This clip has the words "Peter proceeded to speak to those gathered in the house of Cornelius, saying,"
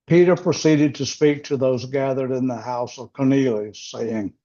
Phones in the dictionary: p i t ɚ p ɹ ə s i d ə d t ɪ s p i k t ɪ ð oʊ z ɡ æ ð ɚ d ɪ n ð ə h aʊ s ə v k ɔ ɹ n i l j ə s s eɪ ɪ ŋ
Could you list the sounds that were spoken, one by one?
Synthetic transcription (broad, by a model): p i t ɚ p ɹ ə s i d ə d t ɪ s p i k t ɪ ð oʊ z ɡ æ ð ɚ d ɪ n ð ə h aʊ s ə v k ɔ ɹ n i l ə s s eɪ ɪ ŋ